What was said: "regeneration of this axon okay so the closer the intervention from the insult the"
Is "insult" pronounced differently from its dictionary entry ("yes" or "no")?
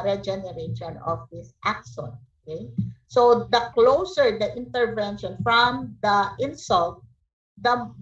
no